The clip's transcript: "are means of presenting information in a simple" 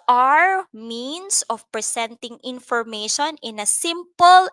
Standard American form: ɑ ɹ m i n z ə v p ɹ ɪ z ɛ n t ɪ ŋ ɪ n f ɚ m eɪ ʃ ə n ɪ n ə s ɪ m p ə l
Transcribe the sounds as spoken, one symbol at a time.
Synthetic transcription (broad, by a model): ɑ ɹ m i n s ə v p ɹ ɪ s ɛ n t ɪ ŋ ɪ n f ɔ m eɪ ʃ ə n ɪ n ə s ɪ m p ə l